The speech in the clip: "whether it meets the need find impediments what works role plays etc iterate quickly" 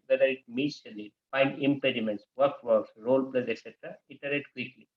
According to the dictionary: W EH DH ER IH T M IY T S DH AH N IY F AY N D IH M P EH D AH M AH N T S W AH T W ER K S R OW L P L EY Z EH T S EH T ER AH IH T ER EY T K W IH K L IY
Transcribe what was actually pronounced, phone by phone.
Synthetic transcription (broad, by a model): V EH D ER IH T M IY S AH L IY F AY N D IH M P EH D AH M AH N T S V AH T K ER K S R OW L P L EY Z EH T S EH T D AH IH T ER EY T K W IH K L IY